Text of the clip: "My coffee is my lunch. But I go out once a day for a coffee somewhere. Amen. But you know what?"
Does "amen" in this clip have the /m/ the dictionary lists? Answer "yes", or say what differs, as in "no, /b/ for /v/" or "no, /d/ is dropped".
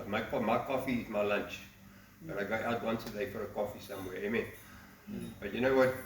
yes